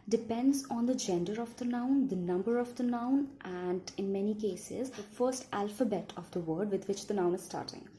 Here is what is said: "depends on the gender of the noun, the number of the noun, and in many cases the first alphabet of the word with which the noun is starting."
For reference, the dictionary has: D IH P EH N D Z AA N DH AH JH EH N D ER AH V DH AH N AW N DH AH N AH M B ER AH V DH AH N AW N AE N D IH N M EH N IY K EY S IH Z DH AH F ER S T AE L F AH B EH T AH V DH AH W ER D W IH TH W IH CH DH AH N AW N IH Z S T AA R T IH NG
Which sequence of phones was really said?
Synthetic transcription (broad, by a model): D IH P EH N D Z AA N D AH JH EH N D ER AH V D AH N AW N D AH N AH M B ER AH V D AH N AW N AE N D IH N M EH N IY K EY S IH Z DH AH F ER S T AE L F AH B EH T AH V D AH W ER D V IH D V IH CH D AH N AW N IH Z S T AA R T IH NG